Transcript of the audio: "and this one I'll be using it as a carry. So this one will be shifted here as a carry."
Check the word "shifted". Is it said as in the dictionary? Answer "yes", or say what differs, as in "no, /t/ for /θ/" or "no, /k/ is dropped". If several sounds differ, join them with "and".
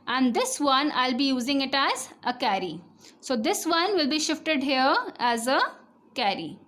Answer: yes